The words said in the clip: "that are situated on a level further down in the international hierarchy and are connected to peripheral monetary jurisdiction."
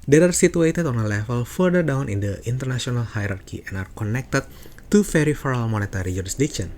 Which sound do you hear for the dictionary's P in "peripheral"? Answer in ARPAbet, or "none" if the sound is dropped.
F